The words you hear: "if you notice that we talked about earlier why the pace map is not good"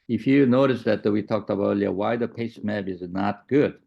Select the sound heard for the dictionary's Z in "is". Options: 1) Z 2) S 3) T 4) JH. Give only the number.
1